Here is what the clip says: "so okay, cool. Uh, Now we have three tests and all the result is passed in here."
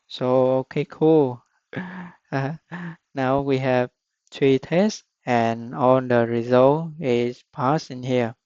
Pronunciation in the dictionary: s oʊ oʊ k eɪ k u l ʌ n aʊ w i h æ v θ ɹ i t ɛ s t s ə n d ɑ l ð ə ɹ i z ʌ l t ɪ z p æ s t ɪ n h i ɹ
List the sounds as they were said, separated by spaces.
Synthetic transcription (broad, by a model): s oʊ oʊ k eɪ k u l n aʊ w i h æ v t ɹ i t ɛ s s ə n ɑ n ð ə ɹ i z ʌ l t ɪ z p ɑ s ɪ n h i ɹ